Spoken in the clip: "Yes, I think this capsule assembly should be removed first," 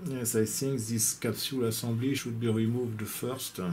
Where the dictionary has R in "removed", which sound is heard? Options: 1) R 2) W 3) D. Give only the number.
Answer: 1